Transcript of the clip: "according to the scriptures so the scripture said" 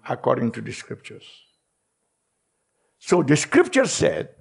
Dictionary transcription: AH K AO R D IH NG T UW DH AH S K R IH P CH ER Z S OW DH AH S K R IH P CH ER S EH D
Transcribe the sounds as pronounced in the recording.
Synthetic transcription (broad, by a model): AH K AO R D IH NG T UW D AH S K R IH P CH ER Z S OW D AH S K R IH P CH ER S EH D